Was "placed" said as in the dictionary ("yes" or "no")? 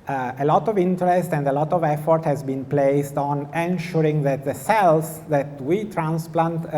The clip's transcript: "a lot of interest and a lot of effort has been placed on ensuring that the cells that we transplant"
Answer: yes